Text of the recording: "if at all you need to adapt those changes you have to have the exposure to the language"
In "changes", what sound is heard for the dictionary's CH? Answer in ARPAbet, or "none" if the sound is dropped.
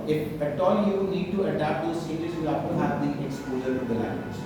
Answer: S